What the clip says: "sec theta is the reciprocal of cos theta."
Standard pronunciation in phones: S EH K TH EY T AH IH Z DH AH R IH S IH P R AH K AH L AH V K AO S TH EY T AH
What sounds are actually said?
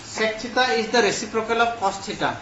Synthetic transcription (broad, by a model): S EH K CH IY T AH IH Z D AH R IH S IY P R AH K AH L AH P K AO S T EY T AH